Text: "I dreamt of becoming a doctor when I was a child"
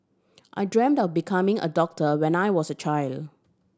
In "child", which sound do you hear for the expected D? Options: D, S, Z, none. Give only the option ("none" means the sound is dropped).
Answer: D